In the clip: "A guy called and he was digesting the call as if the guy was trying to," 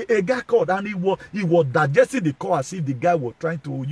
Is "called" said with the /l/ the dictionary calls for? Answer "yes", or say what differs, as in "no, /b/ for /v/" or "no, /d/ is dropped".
no, /l/ is dropped